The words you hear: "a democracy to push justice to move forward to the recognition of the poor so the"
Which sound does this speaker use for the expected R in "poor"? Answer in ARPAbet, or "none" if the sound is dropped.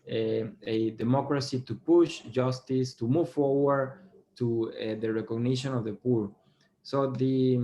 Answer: R